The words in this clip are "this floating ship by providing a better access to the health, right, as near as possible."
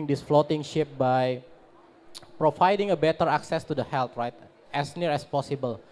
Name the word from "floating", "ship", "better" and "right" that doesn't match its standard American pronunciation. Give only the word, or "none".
none